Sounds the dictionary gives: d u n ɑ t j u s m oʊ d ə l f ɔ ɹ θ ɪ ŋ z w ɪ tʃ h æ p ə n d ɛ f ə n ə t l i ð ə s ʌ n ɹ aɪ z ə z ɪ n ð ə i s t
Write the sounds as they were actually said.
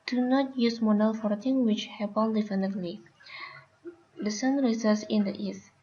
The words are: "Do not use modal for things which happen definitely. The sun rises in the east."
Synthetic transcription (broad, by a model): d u n ɑ t j u s m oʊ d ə l f ɔ ɹ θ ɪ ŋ w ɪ tʃ h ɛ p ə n d ɛ f ə n ə t l i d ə s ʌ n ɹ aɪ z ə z ɪ n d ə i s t